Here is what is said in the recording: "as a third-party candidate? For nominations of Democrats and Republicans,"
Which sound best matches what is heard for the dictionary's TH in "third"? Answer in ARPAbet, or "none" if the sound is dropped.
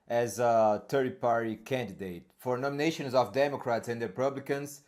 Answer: T